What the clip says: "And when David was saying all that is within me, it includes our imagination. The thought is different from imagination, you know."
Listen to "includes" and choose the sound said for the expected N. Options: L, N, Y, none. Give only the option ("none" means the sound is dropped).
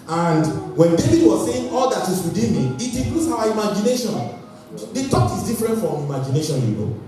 none